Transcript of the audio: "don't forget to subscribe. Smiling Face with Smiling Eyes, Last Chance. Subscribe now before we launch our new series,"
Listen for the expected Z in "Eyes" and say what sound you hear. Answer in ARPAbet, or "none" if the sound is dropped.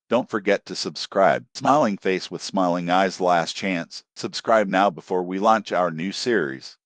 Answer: Z